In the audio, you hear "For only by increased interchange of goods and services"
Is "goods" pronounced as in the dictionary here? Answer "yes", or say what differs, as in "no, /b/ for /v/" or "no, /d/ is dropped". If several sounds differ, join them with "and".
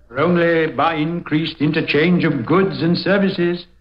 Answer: yes